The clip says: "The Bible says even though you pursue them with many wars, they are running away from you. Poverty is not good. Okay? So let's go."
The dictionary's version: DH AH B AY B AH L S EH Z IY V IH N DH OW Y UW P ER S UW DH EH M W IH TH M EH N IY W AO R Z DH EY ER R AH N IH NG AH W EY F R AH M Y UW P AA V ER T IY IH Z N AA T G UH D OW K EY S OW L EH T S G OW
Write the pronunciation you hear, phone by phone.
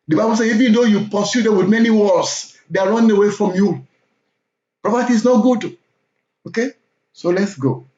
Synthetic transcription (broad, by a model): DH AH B AY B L S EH IY V IH N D OW Y UW P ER S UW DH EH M W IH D M EH N IY W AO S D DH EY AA R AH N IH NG AH W EY F R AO M Y UW P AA P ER T IY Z N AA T G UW D OW K EY S OW L EH T S G OW